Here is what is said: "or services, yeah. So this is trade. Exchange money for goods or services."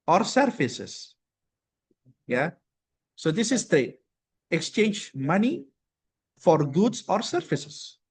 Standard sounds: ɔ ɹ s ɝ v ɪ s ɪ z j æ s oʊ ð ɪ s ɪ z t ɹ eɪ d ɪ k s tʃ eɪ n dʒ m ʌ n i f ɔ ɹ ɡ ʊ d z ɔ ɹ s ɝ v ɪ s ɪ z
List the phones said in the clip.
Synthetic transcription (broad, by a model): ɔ ɹ s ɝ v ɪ s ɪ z j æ s oʊ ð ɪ s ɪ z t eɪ ɪ k s tʃ eɪ n dʒ m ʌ n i f ɔ ɹ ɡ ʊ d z ɔ ɹ s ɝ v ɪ s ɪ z